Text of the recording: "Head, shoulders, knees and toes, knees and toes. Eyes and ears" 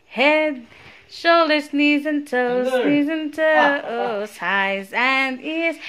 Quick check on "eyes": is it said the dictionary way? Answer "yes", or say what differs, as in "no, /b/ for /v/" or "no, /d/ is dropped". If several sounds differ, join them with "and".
yes